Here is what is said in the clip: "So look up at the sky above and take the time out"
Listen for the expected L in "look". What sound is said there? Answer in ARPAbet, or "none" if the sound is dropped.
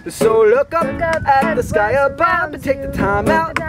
L